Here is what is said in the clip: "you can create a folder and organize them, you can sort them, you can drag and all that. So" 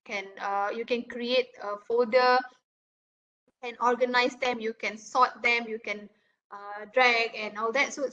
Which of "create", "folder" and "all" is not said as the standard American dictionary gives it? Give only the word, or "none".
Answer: folder